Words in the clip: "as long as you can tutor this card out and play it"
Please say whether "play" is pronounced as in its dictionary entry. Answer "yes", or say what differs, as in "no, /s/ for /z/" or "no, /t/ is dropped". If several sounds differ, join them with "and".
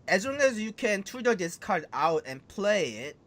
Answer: yes